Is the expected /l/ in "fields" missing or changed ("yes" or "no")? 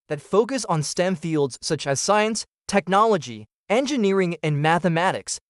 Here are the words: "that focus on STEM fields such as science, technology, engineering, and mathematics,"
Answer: no